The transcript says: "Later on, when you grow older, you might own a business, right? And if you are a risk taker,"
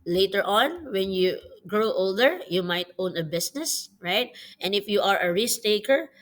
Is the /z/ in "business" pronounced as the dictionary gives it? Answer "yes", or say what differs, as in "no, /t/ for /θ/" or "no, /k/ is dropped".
no, /s/ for /z/